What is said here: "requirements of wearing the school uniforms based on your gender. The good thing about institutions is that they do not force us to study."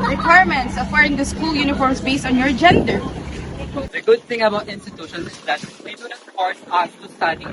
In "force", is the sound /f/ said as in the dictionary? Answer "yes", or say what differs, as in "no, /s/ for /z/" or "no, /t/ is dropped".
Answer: no, /p/ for /f/